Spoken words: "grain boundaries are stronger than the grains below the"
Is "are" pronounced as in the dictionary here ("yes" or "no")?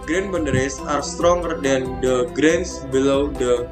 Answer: yes